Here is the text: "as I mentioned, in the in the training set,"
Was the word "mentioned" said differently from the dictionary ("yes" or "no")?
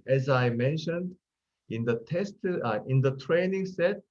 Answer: no